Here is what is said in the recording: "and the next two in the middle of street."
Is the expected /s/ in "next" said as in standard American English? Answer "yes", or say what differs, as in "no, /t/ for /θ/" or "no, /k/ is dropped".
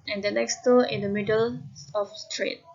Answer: yes